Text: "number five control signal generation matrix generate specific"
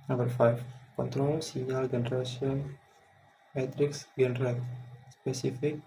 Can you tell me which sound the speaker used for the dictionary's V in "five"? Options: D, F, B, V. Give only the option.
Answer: F